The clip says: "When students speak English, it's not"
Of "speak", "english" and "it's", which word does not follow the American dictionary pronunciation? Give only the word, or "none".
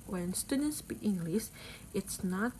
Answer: speak